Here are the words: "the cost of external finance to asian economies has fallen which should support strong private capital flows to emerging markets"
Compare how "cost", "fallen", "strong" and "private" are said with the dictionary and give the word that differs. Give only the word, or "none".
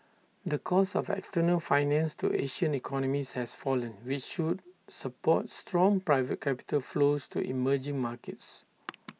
cost